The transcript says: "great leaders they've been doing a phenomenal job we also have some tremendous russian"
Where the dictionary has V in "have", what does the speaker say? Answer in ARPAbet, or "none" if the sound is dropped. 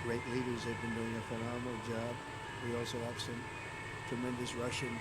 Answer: P